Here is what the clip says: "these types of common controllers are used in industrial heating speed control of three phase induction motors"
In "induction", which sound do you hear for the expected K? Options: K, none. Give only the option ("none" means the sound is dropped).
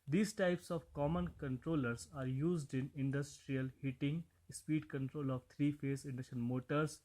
none